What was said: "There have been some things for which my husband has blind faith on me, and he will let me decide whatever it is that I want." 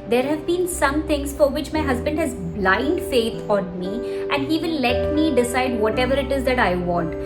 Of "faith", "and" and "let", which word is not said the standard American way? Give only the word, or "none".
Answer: faith